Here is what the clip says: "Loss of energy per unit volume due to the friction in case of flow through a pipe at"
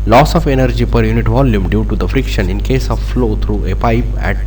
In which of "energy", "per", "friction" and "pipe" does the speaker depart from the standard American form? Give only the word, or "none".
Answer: none